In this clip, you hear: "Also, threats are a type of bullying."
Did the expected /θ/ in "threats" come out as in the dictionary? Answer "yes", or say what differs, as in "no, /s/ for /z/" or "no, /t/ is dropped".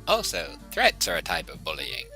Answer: yes